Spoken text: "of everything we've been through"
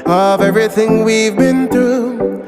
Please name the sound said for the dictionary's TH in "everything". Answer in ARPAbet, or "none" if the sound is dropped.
TH